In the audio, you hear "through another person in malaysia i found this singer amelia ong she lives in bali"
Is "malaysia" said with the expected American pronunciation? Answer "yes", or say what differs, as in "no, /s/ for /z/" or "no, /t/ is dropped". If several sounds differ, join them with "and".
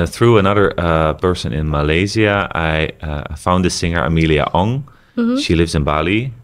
no, /z/ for /ʒ/